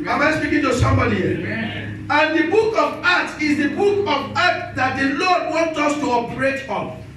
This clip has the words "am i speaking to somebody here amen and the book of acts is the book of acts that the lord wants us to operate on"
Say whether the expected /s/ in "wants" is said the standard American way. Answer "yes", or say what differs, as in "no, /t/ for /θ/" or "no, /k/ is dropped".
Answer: no, /s/ is dropped